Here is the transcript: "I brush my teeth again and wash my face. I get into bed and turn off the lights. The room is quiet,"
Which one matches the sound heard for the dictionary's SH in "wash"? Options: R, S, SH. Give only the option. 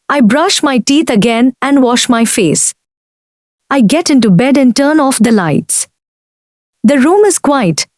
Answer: SH